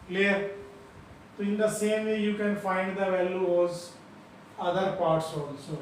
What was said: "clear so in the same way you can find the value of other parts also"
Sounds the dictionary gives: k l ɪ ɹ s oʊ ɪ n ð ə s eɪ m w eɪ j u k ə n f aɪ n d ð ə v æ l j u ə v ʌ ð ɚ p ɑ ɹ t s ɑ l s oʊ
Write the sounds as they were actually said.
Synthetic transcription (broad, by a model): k l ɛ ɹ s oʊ ɪ n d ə s eɪ m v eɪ j u k ə n f aɪ n d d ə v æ l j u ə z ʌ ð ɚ p ɑ ɹ t s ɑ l s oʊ